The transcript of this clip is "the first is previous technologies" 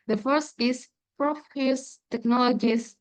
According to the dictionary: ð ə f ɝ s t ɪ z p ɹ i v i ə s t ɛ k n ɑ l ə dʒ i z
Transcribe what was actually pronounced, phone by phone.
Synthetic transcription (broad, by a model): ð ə f ɝ s t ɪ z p ɹ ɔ f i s t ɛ k n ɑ l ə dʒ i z